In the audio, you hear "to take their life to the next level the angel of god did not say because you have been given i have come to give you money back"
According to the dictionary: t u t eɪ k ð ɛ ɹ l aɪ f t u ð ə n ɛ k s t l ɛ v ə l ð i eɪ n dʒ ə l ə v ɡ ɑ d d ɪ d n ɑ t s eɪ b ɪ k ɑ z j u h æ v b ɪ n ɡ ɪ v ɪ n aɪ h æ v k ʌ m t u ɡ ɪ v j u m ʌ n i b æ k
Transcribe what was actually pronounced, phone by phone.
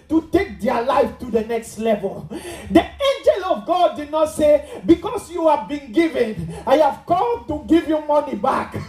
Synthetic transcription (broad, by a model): t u t eɪ k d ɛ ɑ l aɪ f t u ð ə n ɛ k s t l ɛ v ə l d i eɪ n dʒ ə l ə v ɡ ɑ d d ɪ d n ɑ t s eɪ b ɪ k ɑ s j u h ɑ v b ɪ n ɡ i v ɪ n aɪ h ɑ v k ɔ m t u ɡ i v j u m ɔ n i b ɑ k